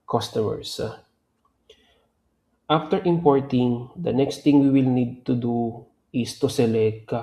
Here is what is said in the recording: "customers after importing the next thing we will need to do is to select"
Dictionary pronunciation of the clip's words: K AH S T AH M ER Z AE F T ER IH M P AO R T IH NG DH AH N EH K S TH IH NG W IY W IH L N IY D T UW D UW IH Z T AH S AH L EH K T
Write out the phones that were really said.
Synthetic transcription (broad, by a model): K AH S T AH M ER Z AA F T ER IH M P AO R T IH NG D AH N EH K S T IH NG W IY W IH L N IY D T UW D UW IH S T AH S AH L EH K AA